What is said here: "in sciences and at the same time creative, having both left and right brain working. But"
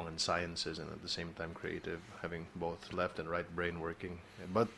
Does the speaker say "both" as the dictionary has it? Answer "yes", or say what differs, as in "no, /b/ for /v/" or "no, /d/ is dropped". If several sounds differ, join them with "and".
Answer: yes